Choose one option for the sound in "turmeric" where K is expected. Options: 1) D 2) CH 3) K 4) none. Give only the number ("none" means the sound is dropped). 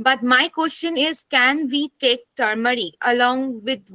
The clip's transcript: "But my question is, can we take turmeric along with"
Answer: 4